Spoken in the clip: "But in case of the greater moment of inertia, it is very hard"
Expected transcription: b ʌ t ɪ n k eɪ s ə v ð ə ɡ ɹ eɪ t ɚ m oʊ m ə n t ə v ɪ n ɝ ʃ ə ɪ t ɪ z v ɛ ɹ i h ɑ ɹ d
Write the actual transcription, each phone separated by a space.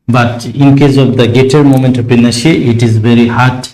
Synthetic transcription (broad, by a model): b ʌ t ɪ n k eɪ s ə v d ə ɡ eɪ t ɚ m oʊ m ə n t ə p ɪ n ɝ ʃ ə ɪ t ɪ z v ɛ ɹ i h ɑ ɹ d